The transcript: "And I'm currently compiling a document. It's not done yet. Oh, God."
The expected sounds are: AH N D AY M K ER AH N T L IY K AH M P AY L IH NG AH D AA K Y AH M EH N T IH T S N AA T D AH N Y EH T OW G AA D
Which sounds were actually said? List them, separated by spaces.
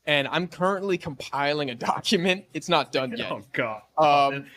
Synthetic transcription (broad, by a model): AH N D AY M K ER AH N T L IY K AH M P AY L IH NG AH D AA K Y AH M EH N T IH T S N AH T D AH N Y EH T OW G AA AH